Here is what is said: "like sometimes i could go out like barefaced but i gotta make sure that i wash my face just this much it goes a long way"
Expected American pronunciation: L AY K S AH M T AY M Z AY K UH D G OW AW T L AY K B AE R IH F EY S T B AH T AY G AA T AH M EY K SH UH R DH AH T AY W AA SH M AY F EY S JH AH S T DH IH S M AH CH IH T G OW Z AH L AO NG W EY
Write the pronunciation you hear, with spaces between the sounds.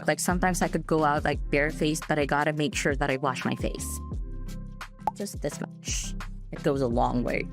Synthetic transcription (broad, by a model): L AY K S AH M T AY M Z AY K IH D G OW AW T L AY K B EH R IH F EY S B AH T AY G AA T AH M EY K SH UH R DH AH T AY W AA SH M AY F EY S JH AH S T DH IH S M AH CH IH T G OW Z AH L AO NG W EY